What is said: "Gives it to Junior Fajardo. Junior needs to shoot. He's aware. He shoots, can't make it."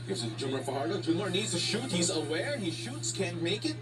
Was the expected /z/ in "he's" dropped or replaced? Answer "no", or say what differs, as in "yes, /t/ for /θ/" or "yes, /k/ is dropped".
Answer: no